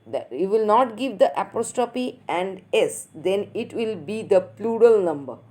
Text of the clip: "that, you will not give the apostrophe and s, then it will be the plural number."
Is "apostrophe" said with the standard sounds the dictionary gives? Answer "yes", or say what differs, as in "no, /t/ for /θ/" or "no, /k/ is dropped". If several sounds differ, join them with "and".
no, /ɹ/ is dropped and /p/ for /f/